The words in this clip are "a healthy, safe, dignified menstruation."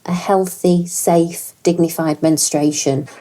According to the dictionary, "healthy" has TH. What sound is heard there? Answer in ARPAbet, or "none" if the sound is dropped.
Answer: TH